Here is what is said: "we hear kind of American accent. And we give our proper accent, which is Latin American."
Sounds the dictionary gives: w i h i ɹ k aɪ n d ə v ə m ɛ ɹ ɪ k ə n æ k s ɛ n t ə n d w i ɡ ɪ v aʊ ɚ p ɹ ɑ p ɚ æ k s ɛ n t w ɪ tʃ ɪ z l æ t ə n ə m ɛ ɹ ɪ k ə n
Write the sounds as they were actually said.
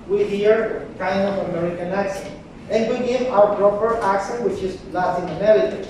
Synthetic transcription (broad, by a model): w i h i ɹ k aɪ n d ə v ə m ɛ ɹ ɪ k ə n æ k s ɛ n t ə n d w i ɡ ɪ v aʊ ɚ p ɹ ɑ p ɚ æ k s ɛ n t w ɪ tʃ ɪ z l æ s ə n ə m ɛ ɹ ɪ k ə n